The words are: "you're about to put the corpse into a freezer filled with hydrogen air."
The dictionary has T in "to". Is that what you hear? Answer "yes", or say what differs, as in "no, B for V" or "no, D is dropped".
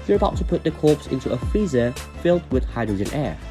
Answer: yes